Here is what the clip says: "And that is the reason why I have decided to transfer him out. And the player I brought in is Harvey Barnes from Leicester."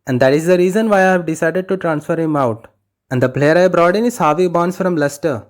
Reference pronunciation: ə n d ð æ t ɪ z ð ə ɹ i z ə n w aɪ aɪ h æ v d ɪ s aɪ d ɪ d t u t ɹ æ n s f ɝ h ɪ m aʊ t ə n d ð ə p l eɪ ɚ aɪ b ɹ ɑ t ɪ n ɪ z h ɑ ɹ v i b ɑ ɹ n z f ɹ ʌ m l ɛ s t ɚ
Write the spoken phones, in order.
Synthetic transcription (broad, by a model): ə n d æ t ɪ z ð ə ɹ i z ə n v aɪ aɪ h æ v d ɪ s aɪ d ɪ d t u t ɹ æ n s f ɝ h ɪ m aʊ t ə n d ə p l eɪ ɚ aɪ b ɹ ɑ t ɪ n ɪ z h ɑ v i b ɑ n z f ɹ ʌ m l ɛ s t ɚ